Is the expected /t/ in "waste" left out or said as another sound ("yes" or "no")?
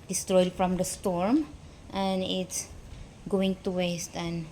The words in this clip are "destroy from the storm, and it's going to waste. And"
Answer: no